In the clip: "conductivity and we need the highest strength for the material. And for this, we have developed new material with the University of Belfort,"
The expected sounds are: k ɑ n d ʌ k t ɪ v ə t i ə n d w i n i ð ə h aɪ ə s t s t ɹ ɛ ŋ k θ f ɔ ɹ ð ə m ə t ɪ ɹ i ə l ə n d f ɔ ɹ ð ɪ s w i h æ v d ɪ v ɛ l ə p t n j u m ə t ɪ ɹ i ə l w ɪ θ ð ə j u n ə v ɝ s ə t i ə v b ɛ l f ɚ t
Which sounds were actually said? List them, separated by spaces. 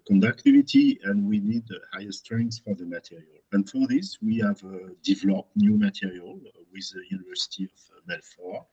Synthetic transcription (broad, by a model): k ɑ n d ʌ k t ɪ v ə t i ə n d w i n i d h aɪ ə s s t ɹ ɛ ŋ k s f ɔ ɹ ð ə m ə t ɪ ɹ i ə l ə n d f ɔ ɹ ð ɪ s w i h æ v d ɪ v ɛ l ə p t n j u m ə t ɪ ɹ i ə l w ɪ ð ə j u n ə v ɝ s ə t i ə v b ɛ l f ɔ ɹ